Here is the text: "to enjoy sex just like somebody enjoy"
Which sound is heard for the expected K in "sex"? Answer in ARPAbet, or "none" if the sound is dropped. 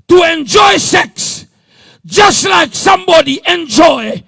K